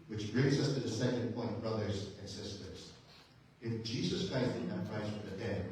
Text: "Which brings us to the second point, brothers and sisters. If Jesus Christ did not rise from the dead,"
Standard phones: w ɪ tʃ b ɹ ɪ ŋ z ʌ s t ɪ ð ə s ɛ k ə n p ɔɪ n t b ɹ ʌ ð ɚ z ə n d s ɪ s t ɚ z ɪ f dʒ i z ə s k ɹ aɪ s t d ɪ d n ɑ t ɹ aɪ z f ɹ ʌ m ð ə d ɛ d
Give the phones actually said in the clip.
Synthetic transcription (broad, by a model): w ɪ tʃ b ɹ ɪ ŋ z ʌ s t ɪ ð ə s ɛ k ə n p ɔɪ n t b ɹ ʌ ð ɚ z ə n s ɪ s t ɚ z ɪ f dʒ i z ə s k ɹ aɪ s t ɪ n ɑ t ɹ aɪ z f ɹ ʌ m ð ə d ɛ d